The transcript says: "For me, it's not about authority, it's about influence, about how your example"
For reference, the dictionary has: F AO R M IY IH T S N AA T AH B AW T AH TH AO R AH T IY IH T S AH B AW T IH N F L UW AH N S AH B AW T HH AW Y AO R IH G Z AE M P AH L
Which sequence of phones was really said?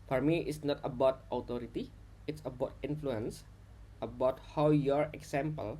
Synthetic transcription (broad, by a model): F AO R M IY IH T S N AA T AH B AW T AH T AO R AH T IY IH T S AH B AW T IH N F L UW AH N S AH B AW T HH AW Y AO R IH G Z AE M P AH L